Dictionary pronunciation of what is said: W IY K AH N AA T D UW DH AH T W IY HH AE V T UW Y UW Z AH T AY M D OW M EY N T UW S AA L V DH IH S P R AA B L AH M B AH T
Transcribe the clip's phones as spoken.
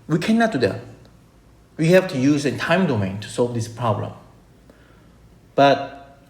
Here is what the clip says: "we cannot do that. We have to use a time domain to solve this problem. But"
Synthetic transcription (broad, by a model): W IY K AH N AA T D UW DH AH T W IY HH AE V T UW Y UW Z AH T AY M D OW M EY N T UW S AA L V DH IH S P R AA B L AH M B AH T